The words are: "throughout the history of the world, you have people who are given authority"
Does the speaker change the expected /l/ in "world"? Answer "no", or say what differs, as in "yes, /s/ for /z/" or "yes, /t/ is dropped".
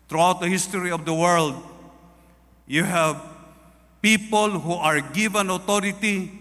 no